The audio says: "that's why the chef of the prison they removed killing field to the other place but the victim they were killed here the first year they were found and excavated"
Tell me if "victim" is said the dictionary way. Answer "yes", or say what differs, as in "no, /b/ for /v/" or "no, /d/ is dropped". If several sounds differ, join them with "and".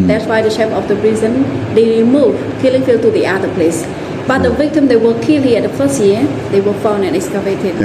yes